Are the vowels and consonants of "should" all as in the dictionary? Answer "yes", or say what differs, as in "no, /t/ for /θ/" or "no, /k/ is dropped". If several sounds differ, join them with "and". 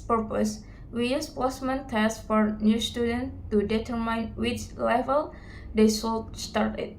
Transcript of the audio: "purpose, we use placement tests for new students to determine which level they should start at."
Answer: no, /s/ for /ʃ/